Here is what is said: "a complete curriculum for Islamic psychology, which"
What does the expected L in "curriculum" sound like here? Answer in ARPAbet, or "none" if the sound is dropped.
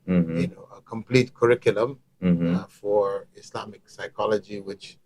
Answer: L